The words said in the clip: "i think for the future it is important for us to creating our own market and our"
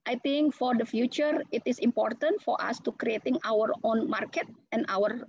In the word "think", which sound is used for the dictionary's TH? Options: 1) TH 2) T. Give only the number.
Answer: 2